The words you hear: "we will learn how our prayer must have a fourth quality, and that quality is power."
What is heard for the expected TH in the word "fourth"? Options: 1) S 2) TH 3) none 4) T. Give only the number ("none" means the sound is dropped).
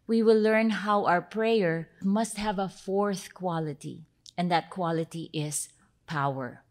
2